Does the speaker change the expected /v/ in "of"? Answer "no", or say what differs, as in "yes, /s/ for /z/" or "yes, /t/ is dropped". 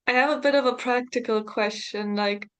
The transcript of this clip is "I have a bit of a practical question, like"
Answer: no